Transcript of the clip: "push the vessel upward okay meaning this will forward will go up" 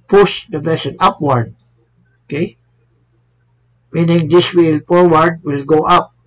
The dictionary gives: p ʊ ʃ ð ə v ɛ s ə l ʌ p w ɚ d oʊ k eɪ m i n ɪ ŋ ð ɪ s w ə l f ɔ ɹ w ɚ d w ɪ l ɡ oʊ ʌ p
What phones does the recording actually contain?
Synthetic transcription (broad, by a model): p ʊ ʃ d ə b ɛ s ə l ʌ p w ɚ d oʊ k eɪ m i n ɪ ŋ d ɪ s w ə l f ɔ ɹ w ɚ d w ɪ l ɡ oʊ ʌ p